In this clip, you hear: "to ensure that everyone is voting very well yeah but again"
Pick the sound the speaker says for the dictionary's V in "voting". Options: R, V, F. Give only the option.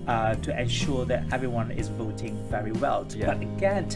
V